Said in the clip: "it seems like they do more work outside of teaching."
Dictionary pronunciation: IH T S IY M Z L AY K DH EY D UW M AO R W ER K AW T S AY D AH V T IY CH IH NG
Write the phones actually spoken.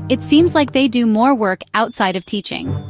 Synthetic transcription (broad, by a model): IH T S IY M Z L AY K DH EY D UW M AO R W ER K AW T S AY D AH V T IY CH IH NG